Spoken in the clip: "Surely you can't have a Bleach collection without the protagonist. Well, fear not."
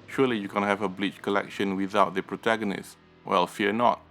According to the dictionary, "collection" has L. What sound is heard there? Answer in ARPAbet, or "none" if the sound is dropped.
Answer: L